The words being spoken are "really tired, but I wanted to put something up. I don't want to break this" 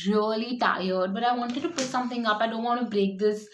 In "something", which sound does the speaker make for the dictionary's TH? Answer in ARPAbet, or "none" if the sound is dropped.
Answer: T